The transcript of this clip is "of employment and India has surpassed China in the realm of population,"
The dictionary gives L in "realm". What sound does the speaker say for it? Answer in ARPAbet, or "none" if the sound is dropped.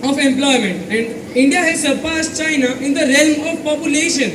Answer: L